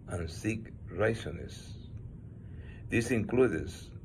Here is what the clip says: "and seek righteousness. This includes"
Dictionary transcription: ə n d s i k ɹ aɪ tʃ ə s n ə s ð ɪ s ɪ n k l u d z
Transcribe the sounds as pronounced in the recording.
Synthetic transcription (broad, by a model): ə n s i k ɹ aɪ s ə n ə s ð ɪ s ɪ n k l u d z